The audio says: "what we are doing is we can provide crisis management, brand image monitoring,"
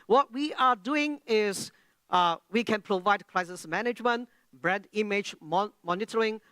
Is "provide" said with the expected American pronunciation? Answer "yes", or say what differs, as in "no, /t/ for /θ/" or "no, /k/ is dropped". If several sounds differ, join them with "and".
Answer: yes